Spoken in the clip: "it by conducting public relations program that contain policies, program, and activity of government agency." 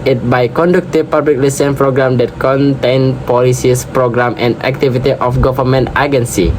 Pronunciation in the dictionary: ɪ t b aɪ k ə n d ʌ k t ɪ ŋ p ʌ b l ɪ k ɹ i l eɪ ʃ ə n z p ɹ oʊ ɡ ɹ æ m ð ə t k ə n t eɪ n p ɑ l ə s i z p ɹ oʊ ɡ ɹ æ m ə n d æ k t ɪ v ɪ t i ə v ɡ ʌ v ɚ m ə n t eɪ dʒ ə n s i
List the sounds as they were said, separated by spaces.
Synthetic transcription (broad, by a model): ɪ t b aɪ k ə n d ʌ k t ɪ p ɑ b l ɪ k l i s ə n p ɹ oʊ ɡ ɹ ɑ m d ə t k ə n t eɪ n p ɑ l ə s i s p ɹ oʊ ɡ ɹ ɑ m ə n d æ k t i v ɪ t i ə f ɡ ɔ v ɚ m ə n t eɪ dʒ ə n s i